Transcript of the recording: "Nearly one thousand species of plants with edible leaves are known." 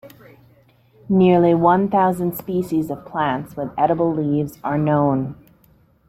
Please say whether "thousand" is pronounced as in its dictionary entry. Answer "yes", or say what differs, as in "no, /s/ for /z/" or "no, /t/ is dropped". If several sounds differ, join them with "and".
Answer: yes